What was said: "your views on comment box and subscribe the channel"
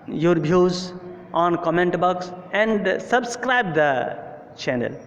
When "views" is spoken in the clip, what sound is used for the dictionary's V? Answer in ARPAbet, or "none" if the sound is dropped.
B